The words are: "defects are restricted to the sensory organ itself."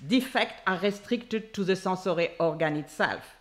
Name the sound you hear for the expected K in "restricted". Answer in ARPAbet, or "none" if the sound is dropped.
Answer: K